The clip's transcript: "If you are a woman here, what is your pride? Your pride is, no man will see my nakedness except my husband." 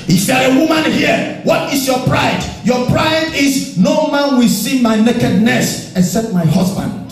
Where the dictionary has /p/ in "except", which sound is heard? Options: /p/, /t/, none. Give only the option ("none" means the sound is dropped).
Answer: none